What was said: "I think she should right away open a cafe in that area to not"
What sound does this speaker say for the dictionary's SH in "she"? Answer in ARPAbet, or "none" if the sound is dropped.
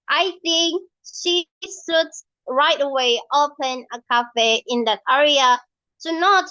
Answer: SH